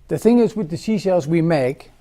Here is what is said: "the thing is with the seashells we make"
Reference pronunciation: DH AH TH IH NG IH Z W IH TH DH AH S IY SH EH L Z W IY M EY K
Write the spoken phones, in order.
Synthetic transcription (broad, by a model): DH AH TH IH NG IH Z W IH DH AH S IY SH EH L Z W IY M EY K